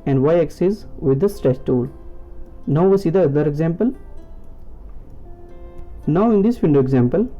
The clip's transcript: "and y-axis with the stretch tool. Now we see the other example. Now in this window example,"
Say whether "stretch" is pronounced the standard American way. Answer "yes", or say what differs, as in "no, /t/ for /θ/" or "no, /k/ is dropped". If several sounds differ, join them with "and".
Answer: no, /s/ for /tʃ/